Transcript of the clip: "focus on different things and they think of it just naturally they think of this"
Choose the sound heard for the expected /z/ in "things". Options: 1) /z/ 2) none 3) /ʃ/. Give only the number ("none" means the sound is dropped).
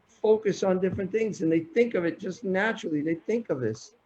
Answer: 1